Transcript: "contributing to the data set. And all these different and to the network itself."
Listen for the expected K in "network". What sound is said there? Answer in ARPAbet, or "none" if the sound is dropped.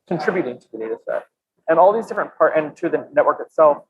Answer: K